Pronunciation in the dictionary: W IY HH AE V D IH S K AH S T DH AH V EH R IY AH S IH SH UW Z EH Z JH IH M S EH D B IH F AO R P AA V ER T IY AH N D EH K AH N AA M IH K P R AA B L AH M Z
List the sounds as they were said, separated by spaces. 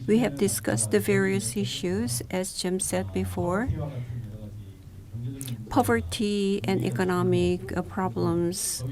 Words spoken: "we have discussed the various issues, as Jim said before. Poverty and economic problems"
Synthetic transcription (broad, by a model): W IY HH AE V D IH S K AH S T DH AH V EH R IY AH S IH SH UW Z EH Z JH IH M S EH D B IH F AO R P AA V ER T IY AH N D EH K AH N AA M IH K P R AA B L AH M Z